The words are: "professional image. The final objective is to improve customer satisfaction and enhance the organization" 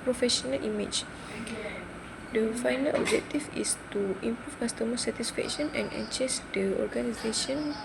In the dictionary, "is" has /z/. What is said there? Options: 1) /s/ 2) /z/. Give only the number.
1